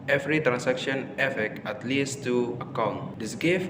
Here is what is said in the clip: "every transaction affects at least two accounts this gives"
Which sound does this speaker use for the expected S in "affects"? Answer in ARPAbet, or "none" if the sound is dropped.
none